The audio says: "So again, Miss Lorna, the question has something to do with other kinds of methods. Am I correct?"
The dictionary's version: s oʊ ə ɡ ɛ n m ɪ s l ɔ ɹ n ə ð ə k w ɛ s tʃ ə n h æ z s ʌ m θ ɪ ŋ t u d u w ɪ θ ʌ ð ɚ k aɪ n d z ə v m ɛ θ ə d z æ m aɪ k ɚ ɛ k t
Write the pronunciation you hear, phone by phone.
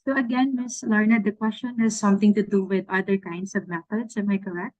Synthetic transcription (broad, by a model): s oʊ ə ɡ ɛ n m ɪ s l ɔ ɹ n ə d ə k w ɛ s tʃ ə n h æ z s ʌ m t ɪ ŋ t u d u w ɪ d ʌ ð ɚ k aɪ n d s ə v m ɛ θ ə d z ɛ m aɪ k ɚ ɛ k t